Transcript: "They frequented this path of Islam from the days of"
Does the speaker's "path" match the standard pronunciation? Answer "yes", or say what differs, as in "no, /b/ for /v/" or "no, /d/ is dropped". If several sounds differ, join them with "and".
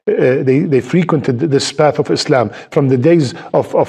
yes